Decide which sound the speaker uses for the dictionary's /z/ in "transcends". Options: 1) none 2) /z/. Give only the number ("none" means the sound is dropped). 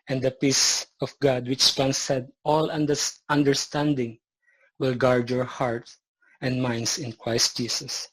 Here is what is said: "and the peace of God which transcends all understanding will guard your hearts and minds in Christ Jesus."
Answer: 1